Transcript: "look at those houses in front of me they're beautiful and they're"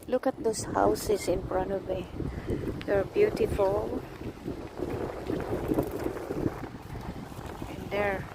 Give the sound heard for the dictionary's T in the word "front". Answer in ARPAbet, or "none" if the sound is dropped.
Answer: none